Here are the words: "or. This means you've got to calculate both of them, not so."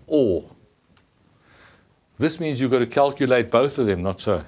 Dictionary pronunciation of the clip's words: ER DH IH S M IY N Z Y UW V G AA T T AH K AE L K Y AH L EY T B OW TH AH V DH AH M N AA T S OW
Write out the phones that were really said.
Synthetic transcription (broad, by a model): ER DH IH S M IY N Z Y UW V G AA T T AH K AE L K Y AH L EY T B OW TH AH V DH AH M N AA T S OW